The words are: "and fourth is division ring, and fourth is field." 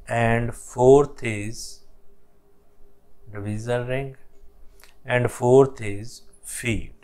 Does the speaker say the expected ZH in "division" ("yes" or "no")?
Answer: no